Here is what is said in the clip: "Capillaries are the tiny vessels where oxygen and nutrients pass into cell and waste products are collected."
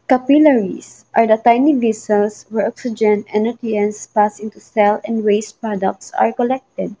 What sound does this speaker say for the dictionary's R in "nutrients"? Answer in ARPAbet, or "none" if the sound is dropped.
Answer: none